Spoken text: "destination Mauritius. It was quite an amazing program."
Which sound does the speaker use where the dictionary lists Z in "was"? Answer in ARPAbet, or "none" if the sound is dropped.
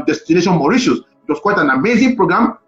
S